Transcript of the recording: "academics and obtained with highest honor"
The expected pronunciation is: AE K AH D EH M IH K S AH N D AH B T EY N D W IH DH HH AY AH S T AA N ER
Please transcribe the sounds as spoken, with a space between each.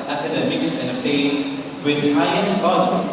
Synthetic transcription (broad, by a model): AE K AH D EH M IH K S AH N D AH T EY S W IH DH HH AY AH S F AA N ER